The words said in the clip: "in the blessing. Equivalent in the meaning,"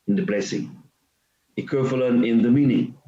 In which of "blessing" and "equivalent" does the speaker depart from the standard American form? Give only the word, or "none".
equivalent